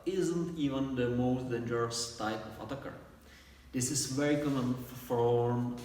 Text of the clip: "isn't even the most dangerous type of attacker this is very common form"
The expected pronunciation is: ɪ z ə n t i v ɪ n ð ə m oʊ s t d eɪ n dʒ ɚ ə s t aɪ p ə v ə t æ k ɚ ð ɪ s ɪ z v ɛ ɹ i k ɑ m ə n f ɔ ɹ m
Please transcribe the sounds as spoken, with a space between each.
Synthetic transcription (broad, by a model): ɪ z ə n t i v ɪ n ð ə m oʊ s t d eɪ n dʒ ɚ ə s t aɪ p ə f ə t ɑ k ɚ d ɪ s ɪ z v ɛ ɹ i k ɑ m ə n f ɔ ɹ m